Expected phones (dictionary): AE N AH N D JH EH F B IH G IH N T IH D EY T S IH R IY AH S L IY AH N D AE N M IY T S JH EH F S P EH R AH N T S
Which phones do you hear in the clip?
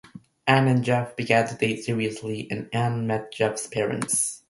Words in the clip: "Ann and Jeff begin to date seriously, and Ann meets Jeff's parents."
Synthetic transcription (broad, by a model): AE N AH N JH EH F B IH G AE N T IH D EY T S IH R IY AH S L IY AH N AE N M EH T JH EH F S P EH R AH N T S